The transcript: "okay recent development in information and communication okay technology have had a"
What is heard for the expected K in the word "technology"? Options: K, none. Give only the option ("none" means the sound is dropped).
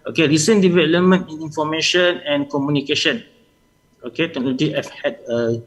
none